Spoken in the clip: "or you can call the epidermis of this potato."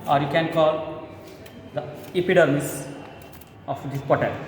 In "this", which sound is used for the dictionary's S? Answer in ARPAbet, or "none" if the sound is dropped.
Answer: none